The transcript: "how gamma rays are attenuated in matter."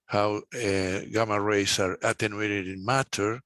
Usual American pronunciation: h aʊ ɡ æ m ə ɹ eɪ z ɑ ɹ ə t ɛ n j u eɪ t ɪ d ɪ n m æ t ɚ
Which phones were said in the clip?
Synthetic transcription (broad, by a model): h aʊ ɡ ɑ m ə ɹ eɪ s ɑ ɹ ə t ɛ n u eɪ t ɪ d ɪ n m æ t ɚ